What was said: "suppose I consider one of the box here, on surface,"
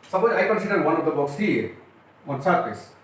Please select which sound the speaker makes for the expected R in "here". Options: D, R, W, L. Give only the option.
W